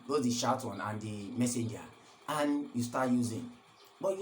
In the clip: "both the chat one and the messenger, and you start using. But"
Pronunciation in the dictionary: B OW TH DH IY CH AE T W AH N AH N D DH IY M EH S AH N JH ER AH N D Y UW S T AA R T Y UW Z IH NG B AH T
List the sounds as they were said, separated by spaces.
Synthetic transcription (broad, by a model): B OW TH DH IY SH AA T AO N AH N D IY M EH S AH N JH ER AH N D Y UW S T AA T Y UW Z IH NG B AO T